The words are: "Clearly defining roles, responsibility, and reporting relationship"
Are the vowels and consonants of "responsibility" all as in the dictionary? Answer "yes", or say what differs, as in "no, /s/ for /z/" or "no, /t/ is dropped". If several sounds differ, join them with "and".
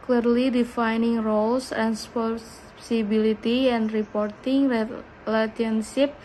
no, /n/ is dropped